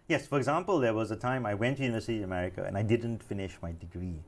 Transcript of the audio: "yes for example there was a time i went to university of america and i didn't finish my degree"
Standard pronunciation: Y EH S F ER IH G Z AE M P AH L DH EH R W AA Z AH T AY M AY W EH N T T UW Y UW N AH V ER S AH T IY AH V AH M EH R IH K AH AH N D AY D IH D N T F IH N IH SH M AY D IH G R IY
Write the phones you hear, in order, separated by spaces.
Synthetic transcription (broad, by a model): Y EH S F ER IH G Z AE M P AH L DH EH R W AA Z AH T AY M AY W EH N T T UW Y UW N AH V ER S AH T IY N AH M EH R IH K AH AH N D AY D IH D N T F IH N IH SH M AY D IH G R IY